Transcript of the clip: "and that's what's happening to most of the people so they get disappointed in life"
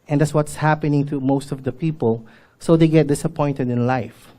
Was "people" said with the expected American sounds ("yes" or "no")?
yes